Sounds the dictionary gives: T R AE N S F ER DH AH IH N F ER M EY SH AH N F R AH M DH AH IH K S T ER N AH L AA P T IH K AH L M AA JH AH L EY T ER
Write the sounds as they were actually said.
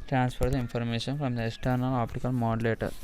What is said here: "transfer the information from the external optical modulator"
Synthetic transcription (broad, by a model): T R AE N S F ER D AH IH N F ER M EY SH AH N F R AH M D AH IH K S T ER N AH L AA P T IH K AH L M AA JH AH L EY T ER